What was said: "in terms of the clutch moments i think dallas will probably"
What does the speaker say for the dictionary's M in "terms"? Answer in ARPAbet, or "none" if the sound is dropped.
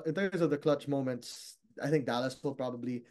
none